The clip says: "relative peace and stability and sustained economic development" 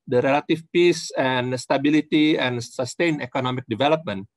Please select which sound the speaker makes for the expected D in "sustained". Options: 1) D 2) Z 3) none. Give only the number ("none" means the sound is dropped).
3